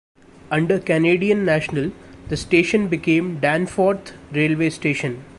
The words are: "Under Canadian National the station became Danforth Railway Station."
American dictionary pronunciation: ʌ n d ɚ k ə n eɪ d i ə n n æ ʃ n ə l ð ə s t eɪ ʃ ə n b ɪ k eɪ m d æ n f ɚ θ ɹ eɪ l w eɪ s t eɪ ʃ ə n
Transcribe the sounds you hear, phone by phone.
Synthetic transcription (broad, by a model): ʌ n d ɚ k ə n eɪ d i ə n n æ ʃ n ə l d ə s t eɪ ʃ ə n b ɪ k eɪ m d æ n f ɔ t ɹ eɪ l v eɪ s t eɪ ʃ ə n